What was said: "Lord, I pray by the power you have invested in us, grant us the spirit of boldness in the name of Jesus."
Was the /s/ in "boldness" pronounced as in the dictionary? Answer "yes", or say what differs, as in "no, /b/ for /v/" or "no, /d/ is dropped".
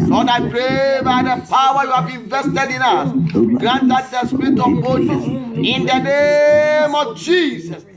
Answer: no, /s/ is dropped